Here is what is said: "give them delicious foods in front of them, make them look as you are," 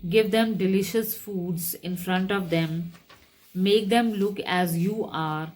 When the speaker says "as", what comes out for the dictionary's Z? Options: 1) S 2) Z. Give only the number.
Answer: 2